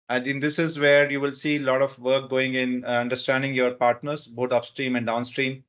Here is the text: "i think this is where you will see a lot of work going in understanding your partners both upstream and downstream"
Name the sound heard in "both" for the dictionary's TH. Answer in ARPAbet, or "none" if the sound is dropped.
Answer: T